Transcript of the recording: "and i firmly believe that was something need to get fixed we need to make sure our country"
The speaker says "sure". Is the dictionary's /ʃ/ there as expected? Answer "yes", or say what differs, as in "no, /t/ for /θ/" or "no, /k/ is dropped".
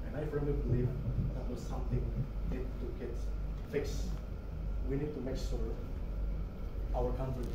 no, /s/ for /ʃ/